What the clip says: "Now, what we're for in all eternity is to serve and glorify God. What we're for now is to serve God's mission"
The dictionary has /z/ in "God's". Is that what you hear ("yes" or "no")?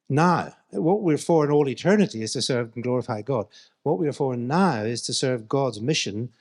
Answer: yes